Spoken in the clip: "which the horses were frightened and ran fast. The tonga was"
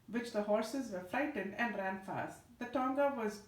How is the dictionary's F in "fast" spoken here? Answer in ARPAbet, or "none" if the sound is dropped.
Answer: F